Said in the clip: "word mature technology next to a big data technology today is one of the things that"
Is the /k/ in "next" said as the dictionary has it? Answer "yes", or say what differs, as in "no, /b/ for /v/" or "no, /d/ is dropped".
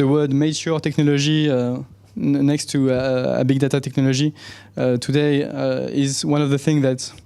yes